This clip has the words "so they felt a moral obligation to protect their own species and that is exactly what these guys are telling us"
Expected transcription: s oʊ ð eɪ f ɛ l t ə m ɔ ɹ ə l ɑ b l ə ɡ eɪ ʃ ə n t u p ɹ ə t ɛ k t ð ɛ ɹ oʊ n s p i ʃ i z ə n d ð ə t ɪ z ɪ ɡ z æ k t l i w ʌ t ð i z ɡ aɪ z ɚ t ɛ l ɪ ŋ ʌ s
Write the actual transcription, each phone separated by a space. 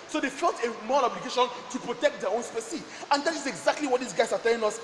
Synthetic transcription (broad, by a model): s oʊ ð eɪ f ɛ l t ə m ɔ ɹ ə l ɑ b l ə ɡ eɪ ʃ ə n t u p ɹ ə t ɛ k t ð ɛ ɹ oʊ n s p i s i ə n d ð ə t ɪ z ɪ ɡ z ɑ k t l i w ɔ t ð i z ɡ aɪ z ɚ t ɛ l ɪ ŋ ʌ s